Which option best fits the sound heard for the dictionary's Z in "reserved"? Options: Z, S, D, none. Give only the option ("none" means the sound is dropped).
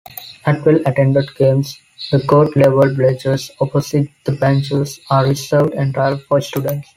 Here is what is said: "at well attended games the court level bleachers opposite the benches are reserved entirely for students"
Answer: S